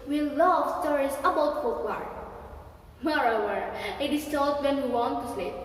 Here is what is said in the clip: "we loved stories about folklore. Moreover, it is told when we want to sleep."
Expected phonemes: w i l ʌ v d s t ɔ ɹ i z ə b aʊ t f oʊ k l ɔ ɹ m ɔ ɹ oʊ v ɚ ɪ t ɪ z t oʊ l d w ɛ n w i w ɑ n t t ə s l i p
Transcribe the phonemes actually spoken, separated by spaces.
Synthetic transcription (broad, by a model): w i l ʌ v s t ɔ ɹ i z ə b aʊ t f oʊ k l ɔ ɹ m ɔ ɹ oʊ w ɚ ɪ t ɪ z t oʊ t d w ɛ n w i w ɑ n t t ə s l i